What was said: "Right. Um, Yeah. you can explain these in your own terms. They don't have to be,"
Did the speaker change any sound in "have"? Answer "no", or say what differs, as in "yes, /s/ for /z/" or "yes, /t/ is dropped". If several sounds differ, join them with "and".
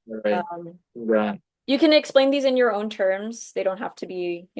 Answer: yes, /f/ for /v/